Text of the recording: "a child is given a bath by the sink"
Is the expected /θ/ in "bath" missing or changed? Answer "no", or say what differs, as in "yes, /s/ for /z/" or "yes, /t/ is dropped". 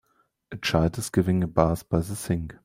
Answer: yes, /s/ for /θ/